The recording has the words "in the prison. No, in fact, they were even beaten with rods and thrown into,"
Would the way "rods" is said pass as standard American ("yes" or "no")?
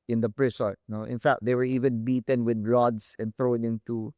no